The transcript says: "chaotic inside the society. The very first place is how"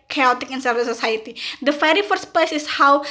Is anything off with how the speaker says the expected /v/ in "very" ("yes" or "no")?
yes